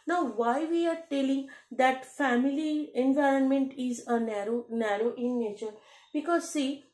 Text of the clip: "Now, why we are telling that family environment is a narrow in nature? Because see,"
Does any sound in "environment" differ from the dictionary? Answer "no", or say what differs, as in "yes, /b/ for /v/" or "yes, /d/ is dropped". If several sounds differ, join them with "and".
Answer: no